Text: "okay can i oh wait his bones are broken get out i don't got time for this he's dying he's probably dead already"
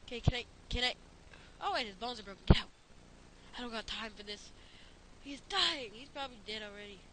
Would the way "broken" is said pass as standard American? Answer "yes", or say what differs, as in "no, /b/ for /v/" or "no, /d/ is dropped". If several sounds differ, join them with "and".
no, /k/ is dropped